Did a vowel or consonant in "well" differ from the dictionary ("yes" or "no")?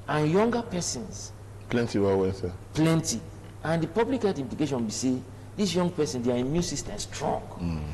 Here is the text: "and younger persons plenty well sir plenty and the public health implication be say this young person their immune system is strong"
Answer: yes